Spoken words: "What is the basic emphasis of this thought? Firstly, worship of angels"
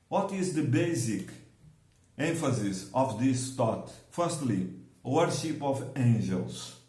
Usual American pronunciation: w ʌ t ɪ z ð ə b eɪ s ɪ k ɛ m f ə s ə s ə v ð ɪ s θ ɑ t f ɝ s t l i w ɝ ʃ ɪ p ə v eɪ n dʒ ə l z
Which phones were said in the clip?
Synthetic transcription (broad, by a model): w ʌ t ɪ z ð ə b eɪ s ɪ k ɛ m f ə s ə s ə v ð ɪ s t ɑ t f ɝ s t l i w ɝ ʃ ɪ p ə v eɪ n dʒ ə l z